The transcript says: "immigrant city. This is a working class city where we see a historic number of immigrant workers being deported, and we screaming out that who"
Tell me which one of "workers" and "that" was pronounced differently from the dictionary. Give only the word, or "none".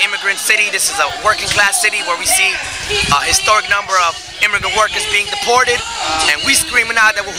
none